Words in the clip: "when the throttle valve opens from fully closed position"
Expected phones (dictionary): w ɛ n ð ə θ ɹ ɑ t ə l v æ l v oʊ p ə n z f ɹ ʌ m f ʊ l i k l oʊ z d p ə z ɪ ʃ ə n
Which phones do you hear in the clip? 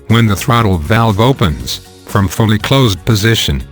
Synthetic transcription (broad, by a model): w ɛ n ð ə θ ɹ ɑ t l v æ l v oʊ p ə n z f ɹ ʌ m f ʊ l i k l oʊ z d p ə z ɪ ʃ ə n